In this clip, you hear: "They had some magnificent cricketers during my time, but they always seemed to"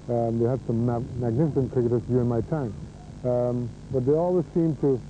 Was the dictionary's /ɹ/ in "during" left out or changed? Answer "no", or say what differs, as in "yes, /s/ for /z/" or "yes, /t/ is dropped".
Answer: yes, /ɹ/ is dropped